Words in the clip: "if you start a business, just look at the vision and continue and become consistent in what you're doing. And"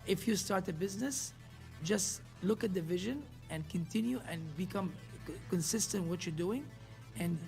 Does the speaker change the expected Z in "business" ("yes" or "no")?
no